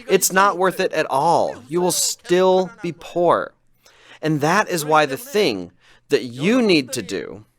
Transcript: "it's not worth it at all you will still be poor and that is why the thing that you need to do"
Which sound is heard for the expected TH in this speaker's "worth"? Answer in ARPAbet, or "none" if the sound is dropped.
TH